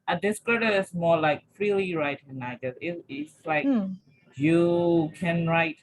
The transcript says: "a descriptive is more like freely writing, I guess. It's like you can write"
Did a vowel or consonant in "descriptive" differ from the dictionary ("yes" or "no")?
yes